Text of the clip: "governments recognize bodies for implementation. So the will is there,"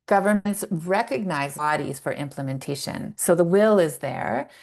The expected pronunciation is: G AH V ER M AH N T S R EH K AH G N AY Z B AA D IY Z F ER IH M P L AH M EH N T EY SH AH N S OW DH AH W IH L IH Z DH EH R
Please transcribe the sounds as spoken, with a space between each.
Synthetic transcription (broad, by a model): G AH V ER M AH N T S R EH K AH G N AY Z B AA D IY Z F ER IH M P L AH M EH N T EY SH AH N S OW DH AH W IH L IH Z DH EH R